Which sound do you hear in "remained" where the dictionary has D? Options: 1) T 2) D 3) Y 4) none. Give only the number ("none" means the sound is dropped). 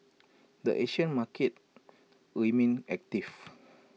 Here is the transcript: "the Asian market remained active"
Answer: 4